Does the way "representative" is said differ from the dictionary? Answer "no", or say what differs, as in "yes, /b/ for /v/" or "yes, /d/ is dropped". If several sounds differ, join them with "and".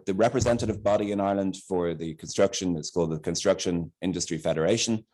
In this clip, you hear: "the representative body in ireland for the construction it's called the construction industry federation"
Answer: no